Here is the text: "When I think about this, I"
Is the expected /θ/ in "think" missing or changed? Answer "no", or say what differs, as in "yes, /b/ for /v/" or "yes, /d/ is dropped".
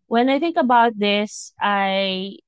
no